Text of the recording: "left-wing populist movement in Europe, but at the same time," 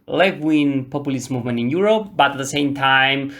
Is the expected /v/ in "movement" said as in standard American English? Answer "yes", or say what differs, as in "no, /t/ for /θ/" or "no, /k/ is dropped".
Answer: yes